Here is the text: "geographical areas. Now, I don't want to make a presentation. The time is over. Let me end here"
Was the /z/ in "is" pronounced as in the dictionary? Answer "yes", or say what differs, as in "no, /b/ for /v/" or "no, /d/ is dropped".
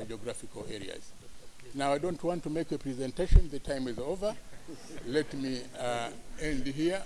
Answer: yes